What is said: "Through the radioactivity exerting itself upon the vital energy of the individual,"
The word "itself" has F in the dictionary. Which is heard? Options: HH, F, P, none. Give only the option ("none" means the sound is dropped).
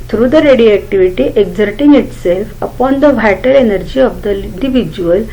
F